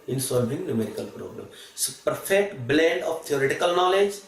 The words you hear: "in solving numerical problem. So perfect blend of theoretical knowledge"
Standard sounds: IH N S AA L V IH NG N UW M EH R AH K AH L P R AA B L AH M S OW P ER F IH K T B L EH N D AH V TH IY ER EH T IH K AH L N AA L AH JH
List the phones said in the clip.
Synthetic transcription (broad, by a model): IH N S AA L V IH NG N UW M EH R AH K AH L P R AA B L AH M S OW P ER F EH K T B L EH N D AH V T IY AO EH T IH K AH L N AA L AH JH